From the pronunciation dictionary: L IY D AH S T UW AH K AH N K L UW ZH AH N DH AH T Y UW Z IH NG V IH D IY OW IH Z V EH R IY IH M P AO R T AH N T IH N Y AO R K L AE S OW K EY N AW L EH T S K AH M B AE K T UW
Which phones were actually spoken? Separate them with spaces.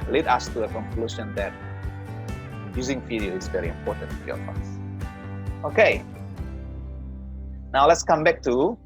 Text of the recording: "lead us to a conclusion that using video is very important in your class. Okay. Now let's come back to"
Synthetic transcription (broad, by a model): L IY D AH S T UW AH K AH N K L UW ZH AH N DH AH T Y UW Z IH NG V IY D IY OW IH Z V EH R IY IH M P AO R T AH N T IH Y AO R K AO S OW K EY N AW L EH T S K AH M B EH K T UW